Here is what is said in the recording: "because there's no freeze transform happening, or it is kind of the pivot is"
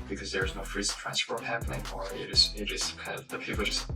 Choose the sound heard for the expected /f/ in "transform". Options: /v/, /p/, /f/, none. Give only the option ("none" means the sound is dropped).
/p/